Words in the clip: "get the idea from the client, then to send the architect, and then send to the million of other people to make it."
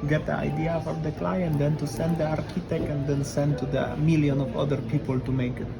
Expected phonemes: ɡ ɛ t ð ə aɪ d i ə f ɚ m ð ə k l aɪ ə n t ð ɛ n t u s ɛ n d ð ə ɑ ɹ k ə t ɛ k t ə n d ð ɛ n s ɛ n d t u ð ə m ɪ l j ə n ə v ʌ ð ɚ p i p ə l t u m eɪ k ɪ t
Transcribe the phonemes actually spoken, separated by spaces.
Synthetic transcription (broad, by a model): ɡ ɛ t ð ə aɪ d i ə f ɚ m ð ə k l aɪ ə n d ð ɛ n t u s ɛ n d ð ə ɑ ɹ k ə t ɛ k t ə n d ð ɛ n s ɛ n d t u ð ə m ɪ l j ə n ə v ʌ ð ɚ p i p ə l t u m eɪ k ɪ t